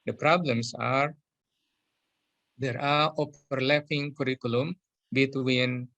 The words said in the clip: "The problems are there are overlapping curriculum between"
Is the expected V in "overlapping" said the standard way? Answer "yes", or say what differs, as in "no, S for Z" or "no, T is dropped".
no, P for V